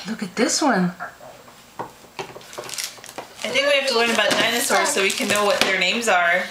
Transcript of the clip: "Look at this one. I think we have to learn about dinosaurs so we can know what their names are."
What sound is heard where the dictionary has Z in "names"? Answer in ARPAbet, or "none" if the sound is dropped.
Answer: Z